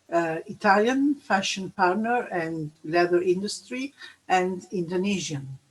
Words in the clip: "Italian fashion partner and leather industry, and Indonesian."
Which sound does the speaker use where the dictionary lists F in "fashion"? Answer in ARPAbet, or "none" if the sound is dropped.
F